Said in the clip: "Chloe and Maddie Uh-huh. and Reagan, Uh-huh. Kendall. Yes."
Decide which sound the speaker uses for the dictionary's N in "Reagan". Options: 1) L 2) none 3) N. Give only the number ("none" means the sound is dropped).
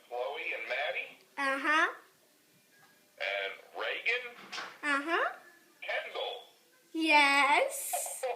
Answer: 3